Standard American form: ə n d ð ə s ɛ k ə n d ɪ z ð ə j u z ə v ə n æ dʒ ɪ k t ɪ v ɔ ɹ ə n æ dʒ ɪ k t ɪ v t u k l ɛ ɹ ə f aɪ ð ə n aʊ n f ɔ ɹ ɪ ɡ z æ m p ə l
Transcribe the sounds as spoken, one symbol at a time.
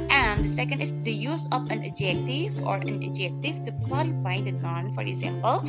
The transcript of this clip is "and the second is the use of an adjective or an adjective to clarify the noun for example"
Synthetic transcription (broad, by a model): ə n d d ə s ɛ k ə n d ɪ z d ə j u z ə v ə n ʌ dʒ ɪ k t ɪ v ɔ ɹ ə n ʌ dʒ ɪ k t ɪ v t u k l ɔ l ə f aɪ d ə n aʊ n f ɔ ɹ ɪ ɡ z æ m p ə l